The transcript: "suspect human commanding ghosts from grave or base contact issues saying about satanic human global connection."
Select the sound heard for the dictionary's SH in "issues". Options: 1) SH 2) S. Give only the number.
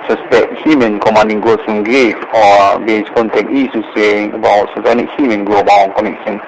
2